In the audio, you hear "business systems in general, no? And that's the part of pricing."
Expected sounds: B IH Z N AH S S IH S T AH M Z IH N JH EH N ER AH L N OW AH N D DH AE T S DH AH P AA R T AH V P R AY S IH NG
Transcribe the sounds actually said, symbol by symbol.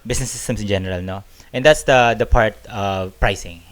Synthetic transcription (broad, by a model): B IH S N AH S S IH S T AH M S IH N JH EH N ER AH L N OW AH N D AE T S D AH P AA R T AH P R AY S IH NG